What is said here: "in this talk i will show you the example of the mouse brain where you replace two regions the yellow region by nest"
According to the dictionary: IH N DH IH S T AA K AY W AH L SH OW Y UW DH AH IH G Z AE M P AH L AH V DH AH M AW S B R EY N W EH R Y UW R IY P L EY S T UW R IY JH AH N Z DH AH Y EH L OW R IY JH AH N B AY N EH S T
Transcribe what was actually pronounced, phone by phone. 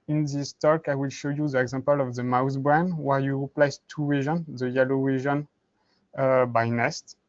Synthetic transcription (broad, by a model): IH N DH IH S T AA K AY W AH L SH OW Y UW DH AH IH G Z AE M P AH L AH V DH AH M AW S B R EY N W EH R Y UW R IY P L EY S T UW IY ZH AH N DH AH Y EH L OW W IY ZH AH N B AY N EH S T